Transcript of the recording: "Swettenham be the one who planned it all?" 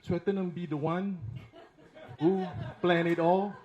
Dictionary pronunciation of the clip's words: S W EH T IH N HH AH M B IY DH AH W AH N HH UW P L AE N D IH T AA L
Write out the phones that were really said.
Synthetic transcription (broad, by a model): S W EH T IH N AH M B IY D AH W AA N HH UW P L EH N IH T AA L